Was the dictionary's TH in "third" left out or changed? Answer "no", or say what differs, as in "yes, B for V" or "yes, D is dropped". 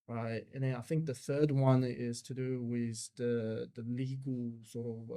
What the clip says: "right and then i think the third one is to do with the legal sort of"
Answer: no